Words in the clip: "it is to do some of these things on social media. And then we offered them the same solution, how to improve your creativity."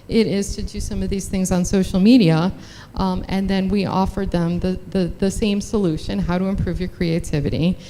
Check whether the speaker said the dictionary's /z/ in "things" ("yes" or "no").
yes